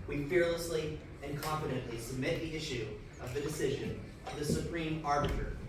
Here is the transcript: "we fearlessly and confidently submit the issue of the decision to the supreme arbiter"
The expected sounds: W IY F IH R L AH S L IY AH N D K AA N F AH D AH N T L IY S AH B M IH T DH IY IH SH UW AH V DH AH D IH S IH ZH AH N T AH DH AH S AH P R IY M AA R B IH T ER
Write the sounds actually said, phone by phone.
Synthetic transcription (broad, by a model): W IY F IH R L AH S L IY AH N K AA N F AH D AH N T L IY S AH B M IH T DH IY IH SH UW AH V DH AH D IH S IH ZH AH N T AH DH AH S AH P R IY M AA R B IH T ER